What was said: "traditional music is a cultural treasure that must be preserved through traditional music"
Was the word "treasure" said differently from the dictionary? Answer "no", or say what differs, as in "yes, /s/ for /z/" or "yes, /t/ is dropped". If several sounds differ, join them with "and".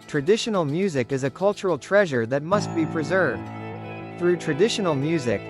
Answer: no